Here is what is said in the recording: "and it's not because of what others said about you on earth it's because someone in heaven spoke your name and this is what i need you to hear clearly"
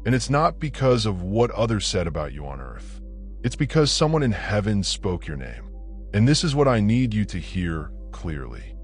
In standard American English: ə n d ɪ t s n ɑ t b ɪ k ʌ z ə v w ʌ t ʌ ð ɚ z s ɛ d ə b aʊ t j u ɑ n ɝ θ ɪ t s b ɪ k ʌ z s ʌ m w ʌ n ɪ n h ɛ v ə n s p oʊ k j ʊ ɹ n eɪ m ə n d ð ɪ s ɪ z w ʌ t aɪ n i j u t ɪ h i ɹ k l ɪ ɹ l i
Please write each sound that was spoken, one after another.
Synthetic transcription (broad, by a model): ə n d ɪ t s n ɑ t b ɪ k ʌ z ə v w ʌ t ʌ ð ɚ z s ɛ d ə b aʊ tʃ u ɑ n ɝ θ ɪ t s b ɪ k ʌ z s ʌ m w ʌ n ɪ n h ɛ v ə n s p oʊ k j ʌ ɹ n eɪ m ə n ð ɪ s ɪ z w ʌ t aɪ n i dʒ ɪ t ɪ h i ɹ k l ɪ ɹ l i